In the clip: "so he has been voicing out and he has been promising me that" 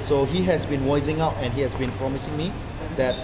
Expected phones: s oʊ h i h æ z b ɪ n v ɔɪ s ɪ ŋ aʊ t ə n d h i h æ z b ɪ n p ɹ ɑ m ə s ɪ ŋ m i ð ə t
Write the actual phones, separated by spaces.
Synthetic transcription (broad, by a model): s oʊ h i h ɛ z b ɪ n w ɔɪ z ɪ ŋ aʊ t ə n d h i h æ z b ɪ n p ɹ ɑ m ə s ɪ ŋ m i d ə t